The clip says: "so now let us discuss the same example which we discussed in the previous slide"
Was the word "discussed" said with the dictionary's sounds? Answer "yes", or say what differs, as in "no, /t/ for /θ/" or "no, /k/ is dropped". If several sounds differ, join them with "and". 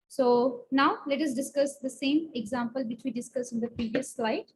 no, /t/ is dropped